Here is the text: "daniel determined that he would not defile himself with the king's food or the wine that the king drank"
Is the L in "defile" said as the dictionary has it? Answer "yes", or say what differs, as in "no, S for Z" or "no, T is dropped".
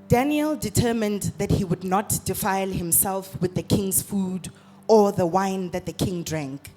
yes